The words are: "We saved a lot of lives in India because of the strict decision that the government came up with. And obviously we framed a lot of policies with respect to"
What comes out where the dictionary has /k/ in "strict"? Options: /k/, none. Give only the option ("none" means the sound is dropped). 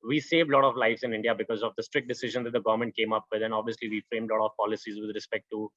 /k/